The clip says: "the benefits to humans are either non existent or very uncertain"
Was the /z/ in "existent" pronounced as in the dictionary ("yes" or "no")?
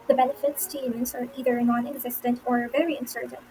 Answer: yes